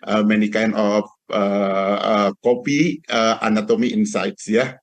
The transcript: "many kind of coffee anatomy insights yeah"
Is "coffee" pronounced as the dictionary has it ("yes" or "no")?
no